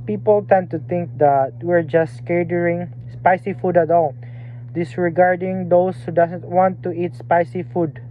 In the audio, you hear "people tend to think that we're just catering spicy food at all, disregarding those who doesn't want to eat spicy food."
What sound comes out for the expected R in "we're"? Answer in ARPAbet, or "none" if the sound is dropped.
R